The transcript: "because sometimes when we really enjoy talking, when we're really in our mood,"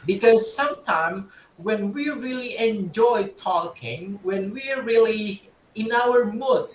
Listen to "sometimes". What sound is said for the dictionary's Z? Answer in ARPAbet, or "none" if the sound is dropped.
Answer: none